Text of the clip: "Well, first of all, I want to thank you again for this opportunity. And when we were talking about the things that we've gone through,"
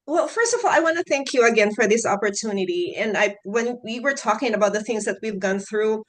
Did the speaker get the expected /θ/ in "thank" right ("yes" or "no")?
yes